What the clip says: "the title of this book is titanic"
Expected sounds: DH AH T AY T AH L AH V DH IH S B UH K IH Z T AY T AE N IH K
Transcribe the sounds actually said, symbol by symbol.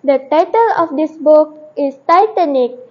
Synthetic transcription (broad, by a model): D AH T AY T AH L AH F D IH S B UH K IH S T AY T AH N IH K